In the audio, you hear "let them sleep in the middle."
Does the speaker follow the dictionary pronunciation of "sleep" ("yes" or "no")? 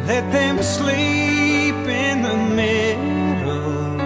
yes